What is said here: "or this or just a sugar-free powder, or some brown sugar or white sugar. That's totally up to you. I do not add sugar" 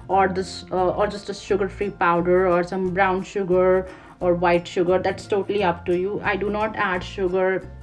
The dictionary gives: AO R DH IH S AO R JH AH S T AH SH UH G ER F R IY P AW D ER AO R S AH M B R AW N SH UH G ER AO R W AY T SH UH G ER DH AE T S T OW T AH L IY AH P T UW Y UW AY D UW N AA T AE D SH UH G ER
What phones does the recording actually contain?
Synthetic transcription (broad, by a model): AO R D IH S AO R JH AH S T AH SH UH G ER F R IY P AW D ER AO R S AH M B R AW N SH UH G ER AO R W AY T SH UH G ER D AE T S T OW T AH L IY AH P T UW Y UW AY D UW N AA T AE D SH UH G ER